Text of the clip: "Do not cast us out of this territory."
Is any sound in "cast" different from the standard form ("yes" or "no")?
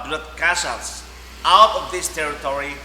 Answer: yes